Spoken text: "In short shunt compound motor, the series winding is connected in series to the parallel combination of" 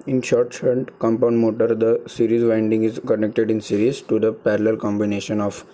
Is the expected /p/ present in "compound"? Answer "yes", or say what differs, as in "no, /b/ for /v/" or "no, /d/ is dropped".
yes